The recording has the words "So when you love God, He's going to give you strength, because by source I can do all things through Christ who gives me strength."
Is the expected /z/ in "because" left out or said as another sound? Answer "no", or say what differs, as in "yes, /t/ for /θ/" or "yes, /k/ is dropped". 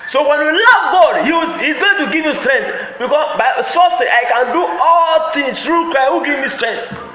yes, /z/ is dropped